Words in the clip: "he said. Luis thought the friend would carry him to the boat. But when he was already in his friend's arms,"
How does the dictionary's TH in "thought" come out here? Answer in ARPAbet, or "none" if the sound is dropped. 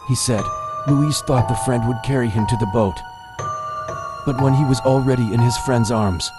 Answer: TH